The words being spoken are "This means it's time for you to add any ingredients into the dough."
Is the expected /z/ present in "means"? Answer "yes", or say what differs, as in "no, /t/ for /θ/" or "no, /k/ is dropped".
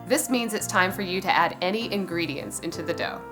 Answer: yes